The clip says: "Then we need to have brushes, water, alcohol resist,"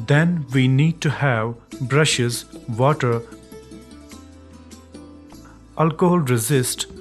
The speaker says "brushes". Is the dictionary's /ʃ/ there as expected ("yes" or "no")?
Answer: yes